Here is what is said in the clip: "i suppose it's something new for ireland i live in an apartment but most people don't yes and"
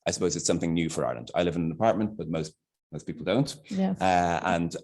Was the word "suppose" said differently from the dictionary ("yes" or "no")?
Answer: no